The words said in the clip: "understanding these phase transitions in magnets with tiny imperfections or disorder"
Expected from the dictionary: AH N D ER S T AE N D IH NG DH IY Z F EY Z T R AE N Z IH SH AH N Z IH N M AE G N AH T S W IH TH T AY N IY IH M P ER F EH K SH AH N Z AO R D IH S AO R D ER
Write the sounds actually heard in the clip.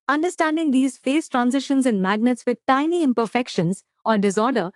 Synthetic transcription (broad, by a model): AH N D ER S T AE N D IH NG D IY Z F EY S T R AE N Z IH SH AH N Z IH N M AE G N AH T S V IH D T AY N IY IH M P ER F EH K SH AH N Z AO R D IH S AO R D ER